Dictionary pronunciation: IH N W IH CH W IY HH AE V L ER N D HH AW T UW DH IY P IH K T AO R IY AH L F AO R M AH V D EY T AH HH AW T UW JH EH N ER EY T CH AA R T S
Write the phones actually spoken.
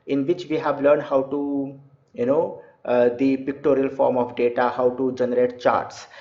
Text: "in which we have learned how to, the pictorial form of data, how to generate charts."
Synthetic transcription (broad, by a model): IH N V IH CH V IY HH AE V L ER N D HH AW T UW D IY P IH K T AO R IY AH L F AO R M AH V D EY T AH HH AW T UW JH EH N ER EY T CH AA R T S